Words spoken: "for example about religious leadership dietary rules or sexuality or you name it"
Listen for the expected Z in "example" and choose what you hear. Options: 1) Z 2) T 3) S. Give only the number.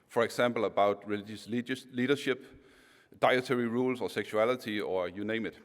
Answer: 3